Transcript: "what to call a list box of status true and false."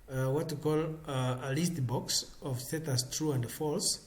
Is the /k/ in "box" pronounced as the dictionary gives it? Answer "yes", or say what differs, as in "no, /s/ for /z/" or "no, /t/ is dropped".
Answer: yes